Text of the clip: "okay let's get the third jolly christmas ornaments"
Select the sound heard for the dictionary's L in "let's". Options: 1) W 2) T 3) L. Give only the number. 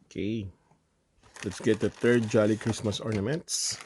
3